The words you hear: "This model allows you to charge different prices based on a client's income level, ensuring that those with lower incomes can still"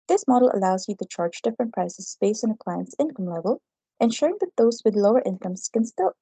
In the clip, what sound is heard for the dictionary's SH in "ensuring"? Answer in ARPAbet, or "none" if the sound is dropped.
SH